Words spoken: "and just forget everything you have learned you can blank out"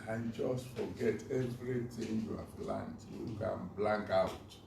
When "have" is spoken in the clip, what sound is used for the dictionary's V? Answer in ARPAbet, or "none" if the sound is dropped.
P